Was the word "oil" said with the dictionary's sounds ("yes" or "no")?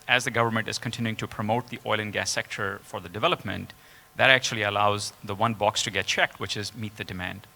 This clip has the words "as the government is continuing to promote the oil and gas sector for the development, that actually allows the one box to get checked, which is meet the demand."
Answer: yes